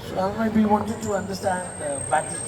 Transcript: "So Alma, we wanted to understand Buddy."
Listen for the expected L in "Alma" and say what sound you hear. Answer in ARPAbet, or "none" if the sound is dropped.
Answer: none